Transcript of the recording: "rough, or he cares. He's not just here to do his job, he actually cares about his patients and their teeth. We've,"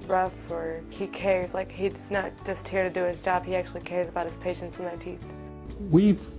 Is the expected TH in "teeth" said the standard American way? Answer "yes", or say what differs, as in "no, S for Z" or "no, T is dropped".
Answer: yes